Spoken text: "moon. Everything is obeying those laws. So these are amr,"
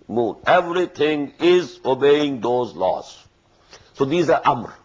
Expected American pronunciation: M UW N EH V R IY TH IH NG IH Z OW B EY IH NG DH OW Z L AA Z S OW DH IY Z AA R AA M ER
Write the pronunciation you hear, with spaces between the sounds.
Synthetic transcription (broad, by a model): M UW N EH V R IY T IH NG IH Z OW B EY IH NG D OW Z L AA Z S OW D IY Z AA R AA M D